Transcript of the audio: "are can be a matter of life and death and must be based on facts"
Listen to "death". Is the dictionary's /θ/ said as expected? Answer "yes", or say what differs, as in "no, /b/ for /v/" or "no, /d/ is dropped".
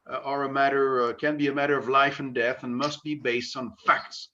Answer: yes